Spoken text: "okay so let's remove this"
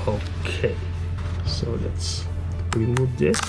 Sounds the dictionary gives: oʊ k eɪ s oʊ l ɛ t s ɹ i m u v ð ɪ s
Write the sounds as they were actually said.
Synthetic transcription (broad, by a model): oʊ k eɪ s oʊ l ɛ t s w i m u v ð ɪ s